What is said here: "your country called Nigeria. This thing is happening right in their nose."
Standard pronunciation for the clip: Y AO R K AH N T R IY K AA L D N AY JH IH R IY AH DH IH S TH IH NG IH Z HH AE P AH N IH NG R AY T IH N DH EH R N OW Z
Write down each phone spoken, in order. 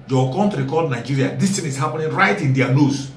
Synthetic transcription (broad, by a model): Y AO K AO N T R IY K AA D N AY JH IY R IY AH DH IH S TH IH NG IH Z HH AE P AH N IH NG R AY T IH N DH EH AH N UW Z